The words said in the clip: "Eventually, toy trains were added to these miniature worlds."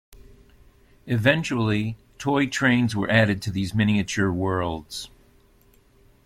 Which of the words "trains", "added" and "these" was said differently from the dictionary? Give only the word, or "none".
none